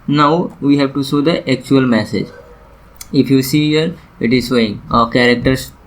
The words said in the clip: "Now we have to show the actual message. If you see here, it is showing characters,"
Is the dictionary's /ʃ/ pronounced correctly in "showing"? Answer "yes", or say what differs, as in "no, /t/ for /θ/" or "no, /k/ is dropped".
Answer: no, /s/ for /ʃ/